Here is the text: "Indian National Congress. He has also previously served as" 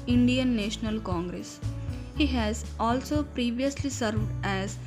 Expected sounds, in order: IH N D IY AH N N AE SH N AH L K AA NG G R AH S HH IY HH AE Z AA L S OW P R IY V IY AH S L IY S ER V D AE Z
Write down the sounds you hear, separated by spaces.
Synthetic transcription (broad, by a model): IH N D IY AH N N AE SH N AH L K AA NG G R AH S HH IY HH AE Z AA L S OW P R IY V IY AH S L IY S ER V D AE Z